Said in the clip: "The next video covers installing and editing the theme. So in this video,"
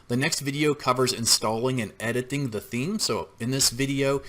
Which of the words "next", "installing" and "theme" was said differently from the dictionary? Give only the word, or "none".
none